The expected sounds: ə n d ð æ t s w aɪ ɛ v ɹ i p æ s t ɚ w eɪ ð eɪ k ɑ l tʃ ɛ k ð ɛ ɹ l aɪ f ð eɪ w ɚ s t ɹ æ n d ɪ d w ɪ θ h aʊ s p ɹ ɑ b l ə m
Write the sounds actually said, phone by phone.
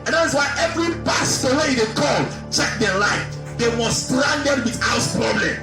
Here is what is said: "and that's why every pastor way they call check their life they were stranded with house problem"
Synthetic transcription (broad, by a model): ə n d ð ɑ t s w aɪ ɛ v ɹ i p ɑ s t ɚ w eɪ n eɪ k ɑ l tʃ ɛ k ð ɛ l aɪ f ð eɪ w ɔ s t ɹ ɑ n d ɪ d w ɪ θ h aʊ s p ɹ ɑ b l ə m